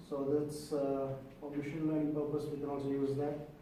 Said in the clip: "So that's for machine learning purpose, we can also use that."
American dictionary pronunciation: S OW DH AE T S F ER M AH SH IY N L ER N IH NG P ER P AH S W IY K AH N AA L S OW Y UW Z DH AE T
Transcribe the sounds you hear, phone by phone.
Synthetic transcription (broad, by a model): S OW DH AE T S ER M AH SH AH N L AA IH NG P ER P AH S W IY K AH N AA L S OW Y UW Z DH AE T